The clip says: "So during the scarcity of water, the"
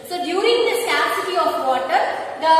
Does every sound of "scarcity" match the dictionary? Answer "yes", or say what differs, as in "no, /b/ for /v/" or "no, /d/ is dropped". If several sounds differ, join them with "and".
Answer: no, /k/ is dropped